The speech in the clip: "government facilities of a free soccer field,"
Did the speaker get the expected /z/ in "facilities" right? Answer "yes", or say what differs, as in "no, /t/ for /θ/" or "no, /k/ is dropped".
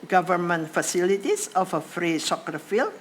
no, /s/ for /z/